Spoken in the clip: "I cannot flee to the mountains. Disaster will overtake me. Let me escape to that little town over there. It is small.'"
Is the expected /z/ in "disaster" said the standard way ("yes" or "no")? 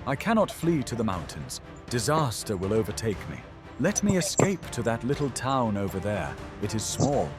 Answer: yes